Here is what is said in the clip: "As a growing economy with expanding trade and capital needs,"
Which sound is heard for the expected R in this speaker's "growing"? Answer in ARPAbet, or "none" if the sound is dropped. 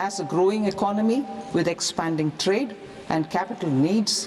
R